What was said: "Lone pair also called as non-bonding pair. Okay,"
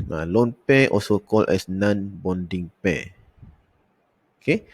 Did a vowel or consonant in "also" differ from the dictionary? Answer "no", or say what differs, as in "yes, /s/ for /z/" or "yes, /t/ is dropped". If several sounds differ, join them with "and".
yes, /l/ is dropped